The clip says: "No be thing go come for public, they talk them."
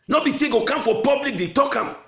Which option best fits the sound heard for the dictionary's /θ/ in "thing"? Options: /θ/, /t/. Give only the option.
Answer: /t/